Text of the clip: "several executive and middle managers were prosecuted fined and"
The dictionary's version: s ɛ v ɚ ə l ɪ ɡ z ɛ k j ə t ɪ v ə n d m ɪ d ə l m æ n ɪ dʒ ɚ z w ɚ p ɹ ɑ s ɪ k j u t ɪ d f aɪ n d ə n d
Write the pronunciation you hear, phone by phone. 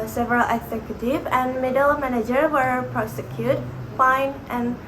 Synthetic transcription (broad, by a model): s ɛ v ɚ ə l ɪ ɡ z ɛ k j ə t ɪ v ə n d m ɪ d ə l m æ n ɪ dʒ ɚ w ɚ p ɹ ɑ s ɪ k j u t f aɪ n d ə n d